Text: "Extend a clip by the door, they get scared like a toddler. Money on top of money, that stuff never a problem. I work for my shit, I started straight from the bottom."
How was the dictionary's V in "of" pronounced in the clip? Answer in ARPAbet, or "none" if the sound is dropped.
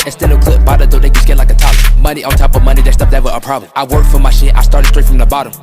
V